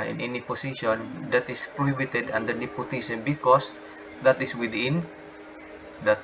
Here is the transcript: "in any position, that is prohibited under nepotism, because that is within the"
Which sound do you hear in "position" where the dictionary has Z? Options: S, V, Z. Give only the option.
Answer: S